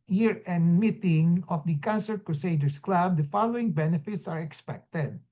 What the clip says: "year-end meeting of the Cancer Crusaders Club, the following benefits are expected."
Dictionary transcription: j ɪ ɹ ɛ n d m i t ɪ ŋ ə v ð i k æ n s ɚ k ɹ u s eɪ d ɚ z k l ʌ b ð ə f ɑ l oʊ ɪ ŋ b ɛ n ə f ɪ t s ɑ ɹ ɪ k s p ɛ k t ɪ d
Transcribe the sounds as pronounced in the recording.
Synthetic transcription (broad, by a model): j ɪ ɹ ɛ n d m i t ɪ ŋ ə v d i k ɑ n s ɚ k ɹ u s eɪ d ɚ s k l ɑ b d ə f ɑ l oʊ ɪ ŋ b ɛ n ə f ɪ t s ɑ ɹ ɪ k s p ɛ k t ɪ d